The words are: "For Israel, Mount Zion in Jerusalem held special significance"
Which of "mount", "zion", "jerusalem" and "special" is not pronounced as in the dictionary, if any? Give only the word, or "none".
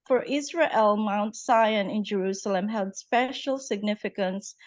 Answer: zion